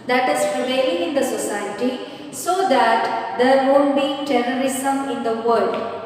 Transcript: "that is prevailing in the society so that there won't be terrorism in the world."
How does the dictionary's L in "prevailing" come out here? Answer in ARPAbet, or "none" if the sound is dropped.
none